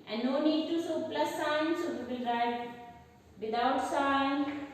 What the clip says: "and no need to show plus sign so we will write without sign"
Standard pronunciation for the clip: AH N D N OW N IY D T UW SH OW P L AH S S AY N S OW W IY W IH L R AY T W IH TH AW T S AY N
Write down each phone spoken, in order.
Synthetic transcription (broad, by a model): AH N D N OW N IY D T UW S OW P L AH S S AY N S OW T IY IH L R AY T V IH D AW T S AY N